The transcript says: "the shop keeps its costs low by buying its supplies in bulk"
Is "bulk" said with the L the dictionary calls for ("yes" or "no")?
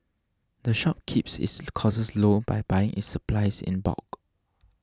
no